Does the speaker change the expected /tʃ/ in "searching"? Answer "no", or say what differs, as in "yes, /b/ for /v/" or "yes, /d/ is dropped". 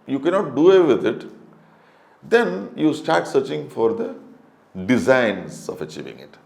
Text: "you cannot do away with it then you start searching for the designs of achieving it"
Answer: no